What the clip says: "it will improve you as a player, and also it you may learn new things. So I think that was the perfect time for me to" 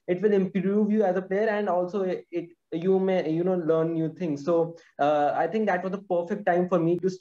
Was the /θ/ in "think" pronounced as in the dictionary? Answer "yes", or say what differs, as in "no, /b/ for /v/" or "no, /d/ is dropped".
no, /t/ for /θ/